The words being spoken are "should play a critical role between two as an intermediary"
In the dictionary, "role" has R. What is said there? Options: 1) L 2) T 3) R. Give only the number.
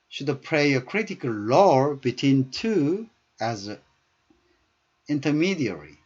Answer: 1